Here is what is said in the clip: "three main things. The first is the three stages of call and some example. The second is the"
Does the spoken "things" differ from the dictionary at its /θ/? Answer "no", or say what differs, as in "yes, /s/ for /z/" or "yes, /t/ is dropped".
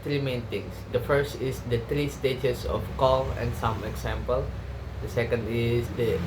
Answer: yes, /t/ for /θ/